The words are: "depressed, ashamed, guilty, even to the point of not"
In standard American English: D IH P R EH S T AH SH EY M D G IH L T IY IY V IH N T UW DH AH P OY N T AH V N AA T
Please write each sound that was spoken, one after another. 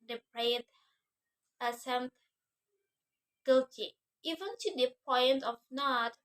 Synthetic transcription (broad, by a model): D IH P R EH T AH S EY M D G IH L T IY IY V IH N T UW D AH P OY N T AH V N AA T